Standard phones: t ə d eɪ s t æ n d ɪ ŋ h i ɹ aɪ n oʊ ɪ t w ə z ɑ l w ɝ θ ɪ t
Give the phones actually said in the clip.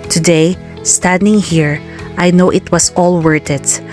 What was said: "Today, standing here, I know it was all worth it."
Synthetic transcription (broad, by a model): t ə d eɪ s t æ n d ɪ ŋ h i ɹ aɪ n oʊ ɪ t w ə s ɑ l w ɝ t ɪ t